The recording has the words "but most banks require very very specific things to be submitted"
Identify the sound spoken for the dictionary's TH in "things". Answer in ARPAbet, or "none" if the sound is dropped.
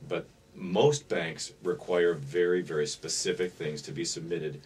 TH